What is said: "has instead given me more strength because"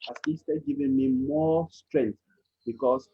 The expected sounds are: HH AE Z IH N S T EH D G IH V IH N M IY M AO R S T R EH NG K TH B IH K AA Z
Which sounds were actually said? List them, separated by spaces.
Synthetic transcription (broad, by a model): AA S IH S T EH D G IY V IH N M IY M AO S T R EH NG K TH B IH K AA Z